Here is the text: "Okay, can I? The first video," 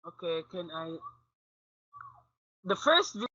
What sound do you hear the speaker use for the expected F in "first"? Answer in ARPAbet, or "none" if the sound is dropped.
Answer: F